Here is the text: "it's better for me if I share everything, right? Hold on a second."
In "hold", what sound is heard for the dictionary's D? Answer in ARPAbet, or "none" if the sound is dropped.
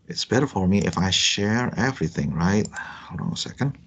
none